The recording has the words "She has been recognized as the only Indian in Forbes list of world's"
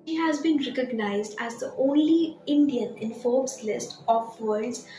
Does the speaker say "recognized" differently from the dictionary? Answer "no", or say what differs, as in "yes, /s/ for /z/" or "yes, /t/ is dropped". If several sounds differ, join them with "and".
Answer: no